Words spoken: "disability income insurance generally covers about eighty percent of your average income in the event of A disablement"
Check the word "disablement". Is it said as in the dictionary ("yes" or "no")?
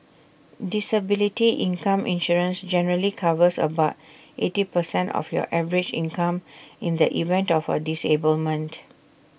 yes